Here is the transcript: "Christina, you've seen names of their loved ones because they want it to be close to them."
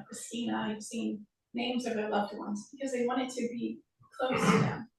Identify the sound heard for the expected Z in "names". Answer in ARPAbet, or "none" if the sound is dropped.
Z